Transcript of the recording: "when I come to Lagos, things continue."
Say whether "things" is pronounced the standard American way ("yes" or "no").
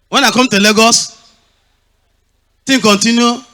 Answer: no